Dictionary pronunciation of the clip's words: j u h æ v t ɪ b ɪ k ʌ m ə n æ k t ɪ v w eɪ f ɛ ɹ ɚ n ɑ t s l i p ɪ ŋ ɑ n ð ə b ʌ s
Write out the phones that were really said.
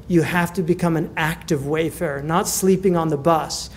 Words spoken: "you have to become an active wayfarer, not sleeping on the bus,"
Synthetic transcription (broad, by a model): j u h æ f t ɪ b ɪ k ʌ m ə n æ k t ɪ v w eɪ f ɛ ɹ n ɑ t s l i p ɪ ŋ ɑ n ð ə b ʌ s